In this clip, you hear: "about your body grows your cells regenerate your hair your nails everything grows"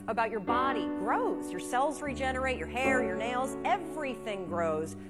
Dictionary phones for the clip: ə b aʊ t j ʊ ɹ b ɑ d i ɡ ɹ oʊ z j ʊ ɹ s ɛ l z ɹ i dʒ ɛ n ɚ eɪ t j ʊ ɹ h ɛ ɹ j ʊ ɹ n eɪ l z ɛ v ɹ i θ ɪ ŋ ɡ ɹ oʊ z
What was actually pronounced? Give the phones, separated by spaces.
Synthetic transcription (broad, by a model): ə b aʊ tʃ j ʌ ɹ b ɑ d i ɡ ɹ oʊ z j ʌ ɹ s ɛ l z ɹ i dʒ ɛ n ɚ eɪ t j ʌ ɹ h ɛ ɹ j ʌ ɹ n eɪ l z ɛ v ɹ i θ ɪ ŋ ɡ ɹ oʊ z